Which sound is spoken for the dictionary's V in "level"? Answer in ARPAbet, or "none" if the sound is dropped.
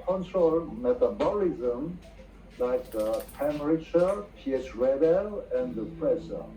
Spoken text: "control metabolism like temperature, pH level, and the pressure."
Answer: B